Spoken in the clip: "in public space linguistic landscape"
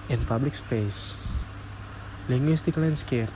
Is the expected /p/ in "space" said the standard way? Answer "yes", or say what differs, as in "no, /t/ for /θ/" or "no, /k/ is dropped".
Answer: yes